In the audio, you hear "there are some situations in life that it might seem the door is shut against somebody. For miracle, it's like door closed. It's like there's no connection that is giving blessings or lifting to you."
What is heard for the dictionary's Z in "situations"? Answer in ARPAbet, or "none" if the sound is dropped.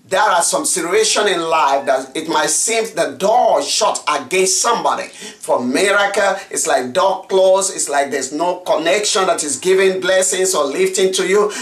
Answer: none